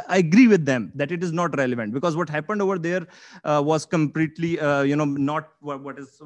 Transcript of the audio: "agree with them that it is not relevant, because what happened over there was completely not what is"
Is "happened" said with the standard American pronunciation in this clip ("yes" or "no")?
yes